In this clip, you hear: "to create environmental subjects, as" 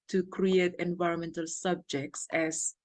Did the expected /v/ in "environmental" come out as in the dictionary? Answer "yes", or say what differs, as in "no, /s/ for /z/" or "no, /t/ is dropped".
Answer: yes